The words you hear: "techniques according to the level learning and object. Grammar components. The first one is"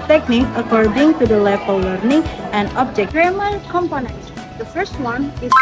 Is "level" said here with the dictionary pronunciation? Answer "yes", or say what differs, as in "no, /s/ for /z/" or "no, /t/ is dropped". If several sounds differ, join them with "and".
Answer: no, /f/ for /v/